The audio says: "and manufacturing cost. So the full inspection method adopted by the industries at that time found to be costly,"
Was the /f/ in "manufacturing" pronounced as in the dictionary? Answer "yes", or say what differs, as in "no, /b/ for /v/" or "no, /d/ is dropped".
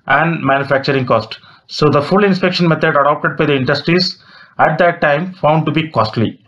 yes